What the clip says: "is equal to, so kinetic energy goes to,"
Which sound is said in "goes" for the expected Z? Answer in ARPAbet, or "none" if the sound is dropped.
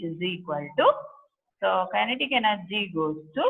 S